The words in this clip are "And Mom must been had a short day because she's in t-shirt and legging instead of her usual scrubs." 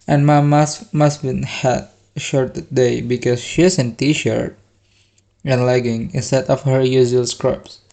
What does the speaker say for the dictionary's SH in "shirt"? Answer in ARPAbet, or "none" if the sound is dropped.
SH